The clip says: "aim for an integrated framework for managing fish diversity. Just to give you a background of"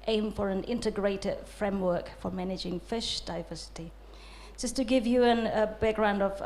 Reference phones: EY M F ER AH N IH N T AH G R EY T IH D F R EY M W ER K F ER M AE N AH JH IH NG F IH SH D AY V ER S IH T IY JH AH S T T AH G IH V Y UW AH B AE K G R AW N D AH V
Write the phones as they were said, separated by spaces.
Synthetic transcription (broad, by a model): EY M F ER AH N IH N T AH G R EY T IH D F R EY M W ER K F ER M AE N AH JH IH NG F IH SH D AY V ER S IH T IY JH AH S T T AH G IH V Y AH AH B AE K G R AW N D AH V